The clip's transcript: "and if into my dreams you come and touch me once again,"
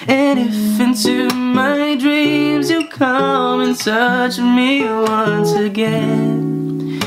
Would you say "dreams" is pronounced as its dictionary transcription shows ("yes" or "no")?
yes